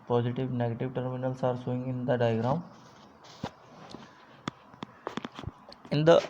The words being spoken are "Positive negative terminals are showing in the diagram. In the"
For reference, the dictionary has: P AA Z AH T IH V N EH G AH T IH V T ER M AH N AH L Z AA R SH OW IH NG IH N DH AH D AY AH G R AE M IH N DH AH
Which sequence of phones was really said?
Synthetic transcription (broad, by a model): P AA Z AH T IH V N EH G AH T IH V T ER M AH N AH L S AA R S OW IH NG IH N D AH D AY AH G R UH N IH N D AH